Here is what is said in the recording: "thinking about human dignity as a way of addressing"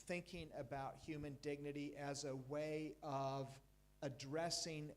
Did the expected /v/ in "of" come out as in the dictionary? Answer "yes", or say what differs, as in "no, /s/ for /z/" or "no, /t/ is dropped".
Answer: yes